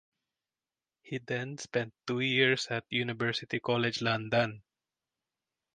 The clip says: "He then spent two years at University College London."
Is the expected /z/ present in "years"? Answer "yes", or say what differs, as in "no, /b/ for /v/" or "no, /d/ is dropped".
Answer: no, /s/ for /z/